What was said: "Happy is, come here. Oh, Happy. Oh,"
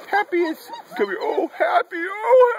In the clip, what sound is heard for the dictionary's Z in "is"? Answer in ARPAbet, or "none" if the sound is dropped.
S